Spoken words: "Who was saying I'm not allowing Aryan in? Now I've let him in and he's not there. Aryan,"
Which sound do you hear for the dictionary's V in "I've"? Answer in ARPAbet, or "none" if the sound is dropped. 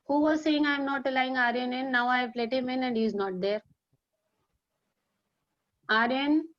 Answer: P